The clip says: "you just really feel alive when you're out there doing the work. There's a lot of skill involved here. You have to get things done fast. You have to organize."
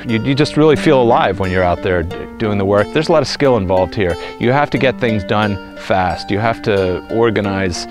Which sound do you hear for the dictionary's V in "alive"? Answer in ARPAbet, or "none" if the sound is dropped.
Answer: V